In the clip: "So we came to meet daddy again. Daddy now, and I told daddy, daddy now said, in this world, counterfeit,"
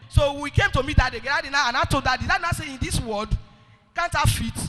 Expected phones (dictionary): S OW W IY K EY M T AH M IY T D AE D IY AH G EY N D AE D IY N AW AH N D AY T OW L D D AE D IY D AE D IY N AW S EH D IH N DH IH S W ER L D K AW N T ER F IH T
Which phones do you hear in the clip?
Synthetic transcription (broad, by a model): S OW W IY K EY M T AH M IY T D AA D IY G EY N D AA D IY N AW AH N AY T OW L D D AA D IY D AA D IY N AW S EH IH N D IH S W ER L D K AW N T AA F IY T